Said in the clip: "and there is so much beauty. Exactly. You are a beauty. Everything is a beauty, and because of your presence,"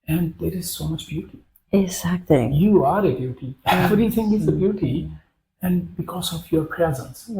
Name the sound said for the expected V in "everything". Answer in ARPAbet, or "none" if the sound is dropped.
none